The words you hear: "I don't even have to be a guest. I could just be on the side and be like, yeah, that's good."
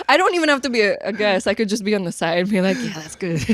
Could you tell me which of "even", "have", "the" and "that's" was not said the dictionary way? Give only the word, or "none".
have